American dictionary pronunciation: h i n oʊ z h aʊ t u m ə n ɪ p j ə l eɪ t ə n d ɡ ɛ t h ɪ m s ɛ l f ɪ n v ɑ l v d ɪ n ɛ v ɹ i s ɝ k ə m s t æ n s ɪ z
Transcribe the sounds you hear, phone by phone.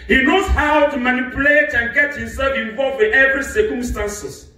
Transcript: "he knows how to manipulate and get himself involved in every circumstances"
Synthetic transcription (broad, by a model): h i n oʊ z h aʊ t u m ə n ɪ p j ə l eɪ t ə n ɡ ɛ t h ɪ m s ɛ l f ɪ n v ɑ l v ɪ n ɛ v ɹ i s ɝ k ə m s t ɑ n s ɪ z